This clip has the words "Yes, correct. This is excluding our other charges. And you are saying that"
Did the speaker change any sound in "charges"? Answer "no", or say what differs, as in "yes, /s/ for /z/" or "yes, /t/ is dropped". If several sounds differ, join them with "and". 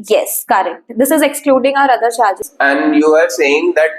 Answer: yes, /ʃ/ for /tʃ/